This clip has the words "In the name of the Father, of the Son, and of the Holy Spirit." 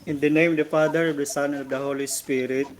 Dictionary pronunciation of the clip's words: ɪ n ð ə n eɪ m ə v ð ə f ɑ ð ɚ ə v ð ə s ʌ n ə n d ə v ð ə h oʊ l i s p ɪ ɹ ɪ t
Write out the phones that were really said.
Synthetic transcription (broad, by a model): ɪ n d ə n eɪ m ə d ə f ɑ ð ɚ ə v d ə s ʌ n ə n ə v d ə h oʊ l i s p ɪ ɹ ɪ t